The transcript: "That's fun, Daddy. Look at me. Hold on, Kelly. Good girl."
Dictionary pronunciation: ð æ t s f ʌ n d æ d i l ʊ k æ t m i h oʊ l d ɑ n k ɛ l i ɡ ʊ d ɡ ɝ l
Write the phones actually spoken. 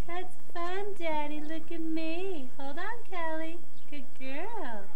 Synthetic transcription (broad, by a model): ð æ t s f ʌ n d æ d i l ʊ k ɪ t m i h oʊ l d n k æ l i ɡ ʊ d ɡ ɝ l